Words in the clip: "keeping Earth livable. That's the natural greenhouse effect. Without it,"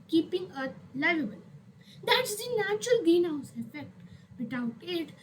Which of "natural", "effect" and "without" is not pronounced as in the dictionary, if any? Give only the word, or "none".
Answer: without